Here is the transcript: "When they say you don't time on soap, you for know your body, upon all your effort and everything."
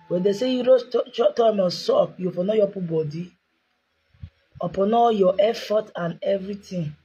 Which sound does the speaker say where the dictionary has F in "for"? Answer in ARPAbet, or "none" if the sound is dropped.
P